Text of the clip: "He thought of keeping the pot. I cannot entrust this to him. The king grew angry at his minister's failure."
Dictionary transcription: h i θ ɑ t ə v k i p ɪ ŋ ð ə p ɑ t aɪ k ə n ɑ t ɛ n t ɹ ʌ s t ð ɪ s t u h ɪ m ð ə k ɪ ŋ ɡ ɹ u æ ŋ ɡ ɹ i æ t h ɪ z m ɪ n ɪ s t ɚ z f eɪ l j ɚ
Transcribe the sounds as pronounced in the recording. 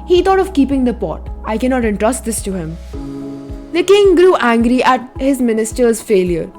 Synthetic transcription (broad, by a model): h i t ɑ t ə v k i p ɪ ŋ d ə p ɑ t aɪ k ə n ɑ t ɛ n t ɹ ʌ s t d ɪ s t u h ɪ m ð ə k ɪ ŋ ɡ ɹ u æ ŋ ɡ ɹ i æ t h ɪ z m ɪ n ɪ s t ɚ z f eɪ l j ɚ